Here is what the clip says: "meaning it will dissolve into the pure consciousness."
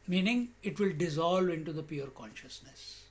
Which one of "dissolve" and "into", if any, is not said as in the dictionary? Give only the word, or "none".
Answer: none